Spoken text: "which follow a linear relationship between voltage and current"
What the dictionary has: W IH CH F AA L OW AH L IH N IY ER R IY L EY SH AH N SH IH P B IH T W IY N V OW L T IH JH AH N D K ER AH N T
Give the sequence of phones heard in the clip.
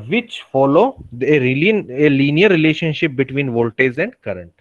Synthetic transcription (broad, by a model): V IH CH F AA L OW AH L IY N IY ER R IY L EY SH AH N SH IH P B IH T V IY N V OW L T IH Z AH N D K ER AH N T